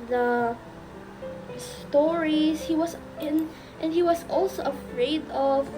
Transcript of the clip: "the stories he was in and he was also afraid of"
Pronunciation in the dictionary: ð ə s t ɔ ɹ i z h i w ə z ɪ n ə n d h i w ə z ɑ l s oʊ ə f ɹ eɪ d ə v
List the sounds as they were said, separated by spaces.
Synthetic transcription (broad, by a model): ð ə s t ɔ ɹ i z h i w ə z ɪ n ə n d h i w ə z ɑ l s oʊ ə f ɹ eɪ d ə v